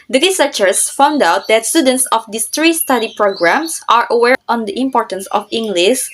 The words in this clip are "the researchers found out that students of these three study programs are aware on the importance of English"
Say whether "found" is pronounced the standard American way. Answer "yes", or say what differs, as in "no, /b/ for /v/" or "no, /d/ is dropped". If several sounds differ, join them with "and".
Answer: yes